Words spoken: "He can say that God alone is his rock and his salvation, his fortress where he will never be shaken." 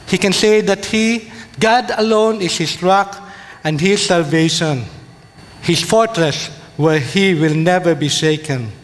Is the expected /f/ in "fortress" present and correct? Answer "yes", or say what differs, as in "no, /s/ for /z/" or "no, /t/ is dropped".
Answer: yes